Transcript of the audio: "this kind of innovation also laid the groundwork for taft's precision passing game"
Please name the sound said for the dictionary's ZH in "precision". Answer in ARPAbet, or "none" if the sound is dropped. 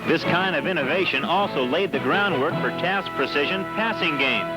ZH